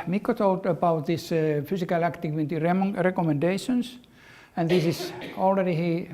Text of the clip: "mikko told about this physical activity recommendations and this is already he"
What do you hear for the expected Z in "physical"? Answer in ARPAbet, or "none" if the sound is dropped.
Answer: S